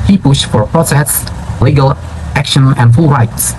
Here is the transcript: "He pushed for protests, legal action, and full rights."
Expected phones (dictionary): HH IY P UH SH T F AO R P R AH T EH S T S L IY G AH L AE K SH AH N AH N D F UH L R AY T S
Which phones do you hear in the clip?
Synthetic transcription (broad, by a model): HH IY P UH SH T F AO R P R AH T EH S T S L IY G AH L AE K SH AH N AH N D F UH L R AY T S